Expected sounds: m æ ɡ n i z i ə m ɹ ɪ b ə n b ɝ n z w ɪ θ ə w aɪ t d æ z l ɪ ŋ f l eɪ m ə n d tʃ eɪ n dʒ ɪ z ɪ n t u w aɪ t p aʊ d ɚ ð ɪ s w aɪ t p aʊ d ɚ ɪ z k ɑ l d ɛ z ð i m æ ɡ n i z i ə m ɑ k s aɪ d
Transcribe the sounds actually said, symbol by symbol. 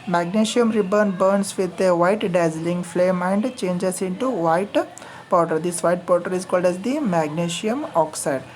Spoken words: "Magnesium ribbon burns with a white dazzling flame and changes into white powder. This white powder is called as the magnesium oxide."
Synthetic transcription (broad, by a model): m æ ɡ n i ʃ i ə m ɹ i b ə n b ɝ n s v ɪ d ə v aɪ t d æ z l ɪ ŋ f l eɪ m ə n d tʃ eɪ n dʒ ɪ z ɪ n t u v aɪ t p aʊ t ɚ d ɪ s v aɪ t p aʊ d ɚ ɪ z k ɑ l d ɛ z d i m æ ɡ n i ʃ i ə m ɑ k s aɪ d